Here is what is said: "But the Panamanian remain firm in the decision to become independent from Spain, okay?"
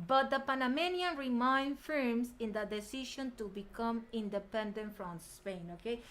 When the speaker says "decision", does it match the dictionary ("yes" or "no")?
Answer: no